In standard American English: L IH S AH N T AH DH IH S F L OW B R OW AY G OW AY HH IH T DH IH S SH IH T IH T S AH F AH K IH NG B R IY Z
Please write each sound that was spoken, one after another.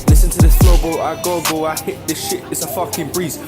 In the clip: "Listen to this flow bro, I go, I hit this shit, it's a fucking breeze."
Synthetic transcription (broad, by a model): L IH S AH N T AH DH IH S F OW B L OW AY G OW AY HH IH T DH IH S SH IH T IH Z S AH F AH K IH NG B R IY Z